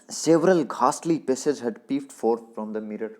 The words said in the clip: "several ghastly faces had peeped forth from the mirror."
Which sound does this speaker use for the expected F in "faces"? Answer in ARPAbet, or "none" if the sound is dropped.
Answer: P